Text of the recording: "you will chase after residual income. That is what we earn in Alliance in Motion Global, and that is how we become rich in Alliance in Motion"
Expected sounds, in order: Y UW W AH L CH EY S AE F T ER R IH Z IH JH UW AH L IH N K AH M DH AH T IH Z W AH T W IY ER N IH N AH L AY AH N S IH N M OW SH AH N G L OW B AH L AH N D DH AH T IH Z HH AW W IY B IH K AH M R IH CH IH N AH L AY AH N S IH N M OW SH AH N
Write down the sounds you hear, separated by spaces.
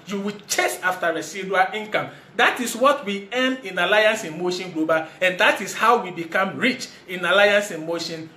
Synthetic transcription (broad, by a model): Y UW W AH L CH EY S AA F T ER R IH S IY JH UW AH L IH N K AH M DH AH T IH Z W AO T W IY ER N IH N AH L AY AH N S IH N M OW SH AH N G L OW B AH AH N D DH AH T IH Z HH AW W IY B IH K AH M R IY CH IH N AH L AY AH N S IH N M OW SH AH N